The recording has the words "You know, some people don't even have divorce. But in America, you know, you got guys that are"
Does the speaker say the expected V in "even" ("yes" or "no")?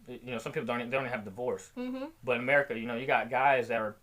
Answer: no